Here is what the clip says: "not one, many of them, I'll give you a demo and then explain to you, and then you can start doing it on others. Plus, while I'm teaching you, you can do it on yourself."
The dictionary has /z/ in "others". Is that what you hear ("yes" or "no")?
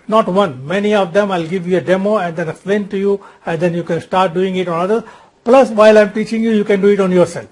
no